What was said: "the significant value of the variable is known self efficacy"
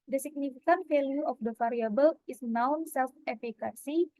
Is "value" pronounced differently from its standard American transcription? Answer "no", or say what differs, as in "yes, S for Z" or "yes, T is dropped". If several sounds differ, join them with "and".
yes, F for V